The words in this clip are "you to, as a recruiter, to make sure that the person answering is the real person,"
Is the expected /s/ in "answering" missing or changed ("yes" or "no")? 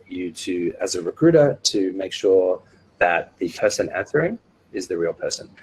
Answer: yes